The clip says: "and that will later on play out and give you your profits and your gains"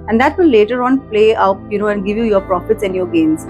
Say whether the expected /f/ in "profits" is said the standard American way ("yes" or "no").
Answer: yes